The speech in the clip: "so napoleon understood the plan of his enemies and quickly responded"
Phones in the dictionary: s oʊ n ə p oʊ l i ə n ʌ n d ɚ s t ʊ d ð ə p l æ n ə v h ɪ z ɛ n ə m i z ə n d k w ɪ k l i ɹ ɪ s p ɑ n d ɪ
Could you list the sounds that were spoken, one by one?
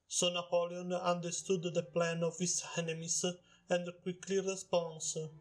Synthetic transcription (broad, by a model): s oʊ n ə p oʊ l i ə n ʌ n d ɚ s t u d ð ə p l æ n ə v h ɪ s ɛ n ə m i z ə n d k w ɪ k l i ɹ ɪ s p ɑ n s